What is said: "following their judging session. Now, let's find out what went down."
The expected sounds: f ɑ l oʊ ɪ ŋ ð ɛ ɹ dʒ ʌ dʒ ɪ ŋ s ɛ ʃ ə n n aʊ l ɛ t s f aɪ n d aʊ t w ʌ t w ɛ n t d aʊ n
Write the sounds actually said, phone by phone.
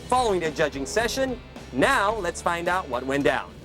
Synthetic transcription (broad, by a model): f ɑ l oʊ ɪ ŋ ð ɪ dʒ ʌ dʒ ɪ ŋ s ɛ ʃ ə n n aʊ l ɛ t s f aɪ n d aʊ t w ʌ t w ɛ n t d aʊ n